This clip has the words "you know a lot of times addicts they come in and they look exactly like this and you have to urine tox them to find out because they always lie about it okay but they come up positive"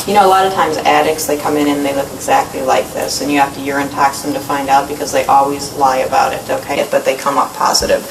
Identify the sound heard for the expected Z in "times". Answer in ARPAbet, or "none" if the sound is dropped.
Z